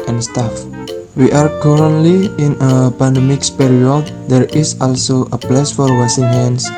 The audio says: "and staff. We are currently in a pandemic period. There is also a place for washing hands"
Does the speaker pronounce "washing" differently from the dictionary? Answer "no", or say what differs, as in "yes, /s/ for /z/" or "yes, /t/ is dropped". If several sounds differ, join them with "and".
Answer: yes, /s/ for /ʃ/